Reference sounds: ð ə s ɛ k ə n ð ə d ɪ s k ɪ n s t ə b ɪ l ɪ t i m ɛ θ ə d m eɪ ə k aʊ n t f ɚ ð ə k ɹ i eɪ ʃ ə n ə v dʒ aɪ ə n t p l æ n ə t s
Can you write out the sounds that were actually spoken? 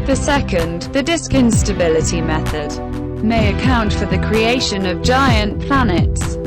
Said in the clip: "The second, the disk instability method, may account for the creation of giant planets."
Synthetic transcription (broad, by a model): ð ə s ɛ k ə n ð ə d ɪ s k ɪ n s t ə b ɪ l ɪ t i m ɛ θ ə d m eɪ ə k aʊ n t f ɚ ð ə k ɹ i eɪ ʃ ə n ə v dʒ aɪ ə n p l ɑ n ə t s